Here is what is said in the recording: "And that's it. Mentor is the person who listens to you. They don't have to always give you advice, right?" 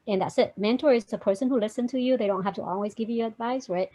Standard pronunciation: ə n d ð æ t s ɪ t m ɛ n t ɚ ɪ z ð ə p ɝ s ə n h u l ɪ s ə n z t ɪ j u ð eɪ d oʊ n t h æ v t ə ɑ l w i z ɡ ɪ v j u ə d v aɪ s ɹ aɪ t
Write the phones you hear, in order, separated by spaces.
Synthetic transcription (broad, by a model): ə n ð æ t s ɪ t m ɛ n t ɚ ɪ z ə p ɝ s ə n h u l ɪ s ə n t ɪ j u ð eɪ d oʊ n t h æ f t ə ɑ l w i z ɡ ɪ v j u ə d v aɪ s ɹ aɪ t